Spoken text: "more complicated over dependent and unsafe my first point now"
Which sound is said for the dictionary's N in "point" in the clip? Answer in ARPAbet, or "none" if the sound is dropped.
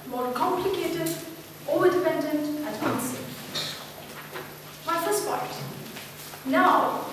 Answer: none